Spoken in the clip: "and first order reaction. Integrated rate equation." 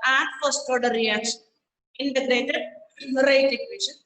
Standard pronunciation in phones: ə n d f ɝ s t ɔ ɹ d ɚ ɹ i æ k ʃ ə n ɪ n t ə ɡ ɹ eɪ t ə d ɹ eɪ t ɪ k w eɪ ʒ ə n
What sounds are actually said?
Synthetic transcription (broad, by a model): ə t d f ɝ s t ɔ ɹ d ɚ ɹ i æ k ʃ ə n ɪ n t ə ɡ ɹ eɪ t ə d ɹ eɪ t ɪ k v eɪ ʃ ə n